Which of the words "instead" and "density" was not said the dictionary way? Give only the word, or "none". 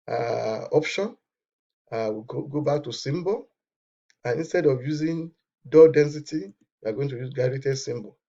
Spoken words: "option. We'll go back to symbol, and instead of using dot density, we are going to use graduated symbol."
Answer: none